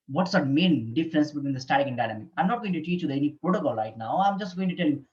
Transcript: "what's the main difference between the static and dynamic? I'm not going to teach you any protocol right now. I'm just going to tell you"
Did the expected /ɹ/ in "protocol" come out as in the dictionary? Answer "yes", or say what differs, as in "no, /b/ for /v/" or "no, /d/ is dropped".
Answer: yes